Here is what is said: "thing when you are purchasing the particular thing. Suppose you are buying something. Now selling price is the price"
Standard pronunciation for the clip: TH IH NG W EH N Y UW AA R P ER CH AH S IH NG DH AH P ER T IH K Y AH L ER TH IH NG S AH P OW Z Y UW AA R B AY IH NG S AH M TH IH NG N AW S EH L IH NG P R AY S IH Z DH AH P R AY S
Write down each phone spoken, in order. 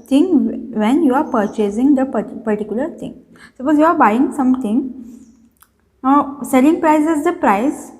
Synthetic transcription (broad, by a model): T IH NG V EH N Y UW AA R P ER CH AH S IH NG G AH P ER T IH K Y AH L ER T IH NG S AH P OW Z Y UW AA R B AY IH NG S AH M T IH NG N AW S EH L IH NG P R AY S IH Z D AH P R AY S